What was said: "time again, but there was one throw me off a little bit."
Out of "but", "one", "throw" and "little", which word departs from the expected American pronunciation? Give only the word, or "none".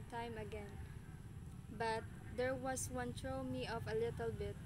throw